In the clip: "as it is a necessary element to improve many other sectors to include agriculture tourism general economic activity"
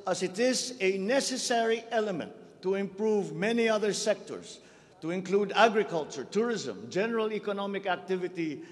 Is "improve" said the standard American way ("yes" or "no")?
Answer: yes